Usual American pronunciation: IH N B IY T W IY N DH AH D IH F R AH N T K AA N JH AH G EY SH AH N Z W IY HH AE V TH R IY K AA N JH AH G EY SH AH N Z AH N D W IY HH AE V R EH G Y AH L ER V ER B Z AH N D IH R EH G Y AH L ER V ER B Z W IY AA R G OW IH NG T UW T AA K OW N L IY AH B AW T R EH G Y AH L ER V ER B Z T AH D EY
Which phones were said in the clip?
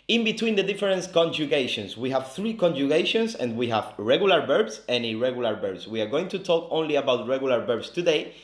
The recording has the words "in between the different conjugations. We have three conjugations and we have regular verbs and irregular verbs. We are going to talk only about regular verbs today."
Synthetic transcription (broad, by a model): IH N B IY T W IY N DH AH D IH F R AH N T K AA N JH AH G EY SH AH N S W IY HH AE V TH R IY K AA N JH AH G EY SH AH N S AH N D W IY HH AE V R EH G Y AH L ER B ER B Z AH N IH R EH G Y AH L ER B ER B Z W IY AA R G OW IH NG T UW T AA K OW N L IY AH B AW T R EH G Y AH L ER B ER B S T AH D EY